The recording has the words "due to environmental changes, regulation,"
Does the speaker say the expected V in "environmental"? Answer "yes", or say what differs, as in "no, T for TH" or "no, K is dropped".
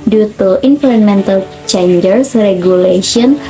no, F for V